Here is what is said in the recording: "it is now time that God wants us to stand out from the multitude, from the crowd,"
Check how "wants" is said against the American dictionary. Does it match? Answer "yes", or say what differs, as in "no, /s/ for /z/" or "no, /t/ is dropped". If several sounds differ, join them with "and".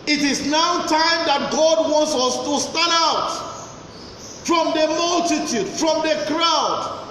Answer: yes